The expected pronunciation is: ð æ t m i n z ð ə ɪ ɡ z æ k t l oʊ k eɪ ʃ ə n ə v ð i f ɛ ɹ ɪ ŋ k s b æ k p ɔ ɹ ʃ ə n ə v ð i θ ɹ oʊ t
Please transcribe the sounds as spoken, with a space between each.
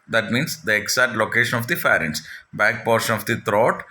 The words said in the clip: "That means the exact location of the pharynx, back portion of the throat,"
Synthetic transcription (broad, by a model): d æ t m i n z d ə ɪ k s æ t l oʊ k eɪ ʃ ə n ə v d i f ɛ ɹ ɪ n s b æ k p ɔ ɹ ʃ ə n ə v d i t ɹ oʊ t